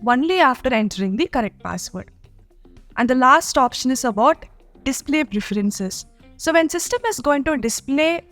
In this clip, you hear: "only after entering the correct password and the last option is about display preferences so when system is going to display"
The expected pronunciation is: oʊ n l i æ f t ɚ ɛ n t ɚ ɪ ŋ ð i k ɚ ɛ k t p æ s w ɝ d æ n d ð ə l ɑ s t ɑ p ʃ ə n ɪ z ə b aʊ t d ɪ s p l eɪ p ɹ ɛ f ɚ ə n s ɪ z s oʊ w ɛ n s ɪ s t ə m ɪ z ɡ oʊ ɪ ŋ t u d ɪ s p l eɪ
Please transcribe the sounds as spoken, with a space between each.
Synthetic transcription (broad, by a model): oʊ n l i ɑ f t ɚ ɛ n t ɚ ɪ ŋ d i k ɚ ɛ k t p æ s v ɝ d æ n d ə l ɑ s t ɑ p ʃ ə n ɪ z ə b aʊ t d ɪ s p l eɪ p ɹ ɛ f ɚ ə n s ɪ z s oʊ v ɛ n s ɪ s t ə m ɪ z ɡ oʊ ɪ ŋ t u d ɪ s p l eɪ